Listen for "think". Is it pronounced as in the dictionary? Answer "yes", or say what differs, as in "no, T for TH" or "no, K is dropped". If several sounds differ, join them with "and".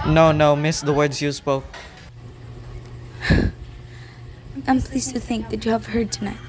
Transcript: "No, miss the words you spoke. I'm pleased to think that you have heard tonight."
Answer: yes